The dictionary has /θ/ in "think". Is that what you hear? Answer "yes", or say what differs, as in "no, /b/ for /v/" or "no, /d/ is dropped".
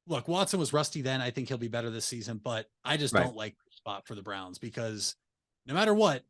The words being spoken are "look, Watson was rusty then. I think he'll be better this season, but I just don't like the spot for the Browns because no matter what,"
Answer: yes